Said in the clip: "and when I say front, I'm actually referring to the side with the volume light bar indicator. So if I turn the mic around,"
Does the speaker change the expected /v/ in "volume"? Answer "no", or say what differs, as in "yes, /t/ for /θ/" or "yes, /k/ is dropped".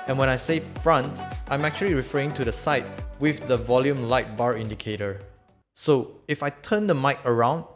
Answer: no